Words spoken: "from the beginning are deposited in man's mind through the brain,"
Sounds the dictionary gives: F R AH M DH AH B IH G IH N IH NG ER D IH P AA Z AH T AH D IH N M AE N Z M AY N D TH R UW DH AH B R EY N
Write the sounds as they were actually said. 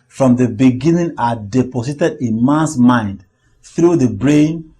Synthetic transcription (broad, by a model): F R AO M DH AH B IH G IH N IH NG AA D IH P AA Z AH T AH D IH N M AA N S M AY N D TH R UW DH AH B R EY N